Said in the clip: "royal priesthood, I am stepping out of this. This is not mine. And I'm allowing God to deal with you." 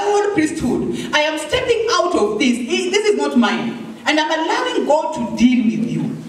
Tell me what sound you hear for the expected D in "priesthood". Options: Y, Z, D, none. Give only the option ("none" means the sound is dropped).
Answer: D